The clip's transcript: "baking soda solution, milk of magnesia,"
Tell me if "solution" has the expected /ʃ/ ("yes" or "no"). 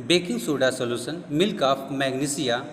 no